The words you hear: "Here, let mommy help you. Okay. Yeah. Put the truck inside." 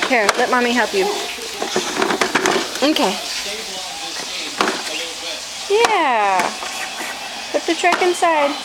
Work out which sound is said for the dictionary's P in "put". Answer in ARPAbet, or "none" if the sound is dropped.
B